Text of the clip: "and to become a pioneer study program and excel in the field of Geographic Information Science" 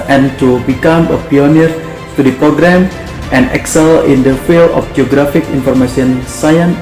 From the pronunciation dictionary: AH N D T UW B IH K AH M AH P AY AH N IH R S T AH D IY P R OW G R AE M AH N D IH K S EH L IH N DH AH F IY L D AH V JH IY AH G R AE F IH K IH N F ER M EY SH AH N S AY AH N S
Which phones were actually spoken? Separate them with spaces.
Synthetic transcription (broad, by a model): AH N T UW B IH K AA M AH P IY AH N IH R T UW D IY P R OW G R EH M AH N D IH K S EH L IH N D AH F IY L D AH F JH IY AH G R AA F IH K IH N F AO M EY S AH N S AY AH N